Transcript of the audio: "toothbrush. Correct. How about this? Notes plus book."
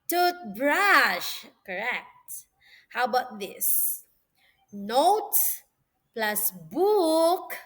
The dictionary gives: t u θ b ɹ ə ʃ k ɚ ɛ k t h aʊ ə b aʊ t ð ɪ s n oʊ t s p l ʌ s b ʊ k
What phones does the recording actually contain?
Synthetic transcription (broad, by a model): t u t b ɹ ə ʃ k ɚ ɛ k t h aʊ b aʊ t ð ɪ s n oʊ t p l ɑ s b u k